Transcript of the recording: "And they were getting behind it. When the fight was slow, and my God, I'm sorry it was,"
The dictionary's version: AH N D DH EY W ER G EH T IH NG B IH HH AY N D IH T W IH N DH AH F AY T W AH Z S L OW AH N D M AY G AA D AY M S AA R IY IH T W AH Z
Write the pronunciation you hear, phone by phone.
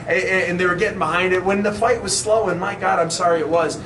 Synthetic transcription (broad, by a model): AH N DH EY W ER G EH T IH NG B IH HH AY N D IH T W IH N DH AH F AY T W AH Z S L OW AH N M AY G AA D AY M S AA R IY IH T W AH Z